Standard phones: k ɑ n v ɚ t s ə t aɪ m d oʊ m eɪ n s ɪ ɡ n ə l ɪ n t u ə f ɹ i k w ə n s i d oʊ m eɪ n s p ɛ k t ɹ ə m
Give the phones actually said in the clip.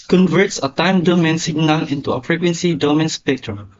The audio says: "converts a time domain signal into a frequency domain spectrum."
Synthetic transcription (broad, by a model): k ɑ n v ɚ t s ə t aɪ m d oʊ m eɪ n s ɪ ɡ n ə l ɪ n t u ə p ɹ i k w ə n s i d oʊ m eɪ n s p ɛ k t ɹ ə m